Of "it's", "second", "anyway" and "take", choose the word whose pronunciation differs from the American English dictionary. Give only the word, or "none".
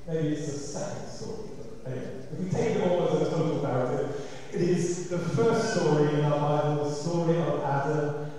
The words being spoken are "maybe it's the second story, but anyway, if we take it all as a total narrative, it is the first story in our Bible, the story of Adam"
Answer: anyway